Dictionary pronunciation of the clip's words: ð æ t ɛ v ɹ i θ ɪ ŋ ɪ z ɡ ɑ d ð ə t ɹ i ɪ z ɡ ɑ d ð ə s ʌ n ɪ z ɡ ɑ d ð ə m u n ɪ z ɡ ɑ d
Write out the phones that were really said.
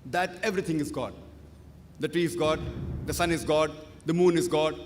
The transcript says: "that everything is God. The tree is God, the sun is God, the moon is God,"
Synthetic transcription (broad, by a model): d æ t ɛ v ɹ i t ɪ ŋ ɪ z ɡ ɑ d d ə t ɹ i ɪ z ɡ ɑ d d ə s ʌ n ɪ z ɡ ɑ d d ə m u n ɪ z ɡ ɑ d